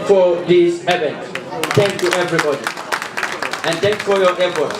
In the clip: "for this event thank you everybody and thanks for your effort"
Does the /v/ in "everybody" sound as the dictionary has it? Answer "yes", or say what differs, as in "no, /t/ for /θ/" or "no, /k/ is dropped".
yes